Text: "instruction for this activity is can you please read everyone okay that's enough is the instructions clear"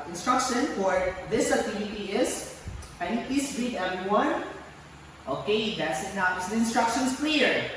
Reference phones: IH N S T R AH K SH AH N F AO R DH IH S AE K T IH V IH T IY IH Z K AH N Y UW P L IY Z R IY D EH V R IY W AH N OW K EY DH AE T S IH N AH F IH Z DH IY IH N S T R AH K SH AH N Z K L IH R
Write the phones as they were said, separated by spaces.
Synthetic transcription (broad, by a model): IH N S T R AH K SH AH N F AO R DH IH S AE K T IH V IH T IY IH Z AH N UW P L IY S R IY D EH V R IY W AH N OW K EY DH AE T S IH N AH IH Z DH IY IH N S T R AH K SH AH N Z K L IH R